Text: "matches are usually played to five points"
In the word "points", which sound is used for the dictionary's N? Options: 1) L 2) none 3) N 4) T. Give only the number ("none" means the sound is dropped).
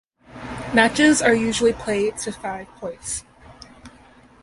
2